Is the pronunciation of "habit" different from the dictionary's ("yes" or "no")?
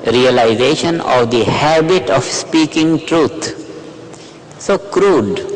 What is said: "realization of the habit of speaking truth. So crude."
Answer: no